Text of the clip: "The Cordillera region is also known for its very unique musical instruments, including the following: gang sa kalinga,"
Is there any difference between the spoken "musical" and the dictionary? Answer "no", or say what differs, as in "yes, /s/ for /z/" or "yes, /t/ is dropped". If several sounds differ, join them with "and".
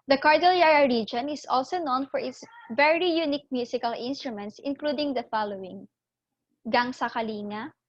yes, /s/ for /z/